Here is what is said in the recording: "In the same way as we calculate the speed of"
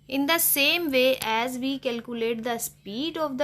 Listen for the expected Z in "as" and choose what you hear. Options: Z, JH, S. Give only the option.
Z